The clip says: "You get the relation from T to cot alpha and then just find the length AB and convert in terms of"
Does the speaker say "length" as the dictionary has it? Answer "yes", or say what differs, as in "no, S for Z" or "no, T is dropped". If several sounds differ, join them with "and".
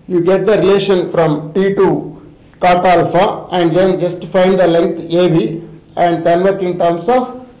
no, T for TH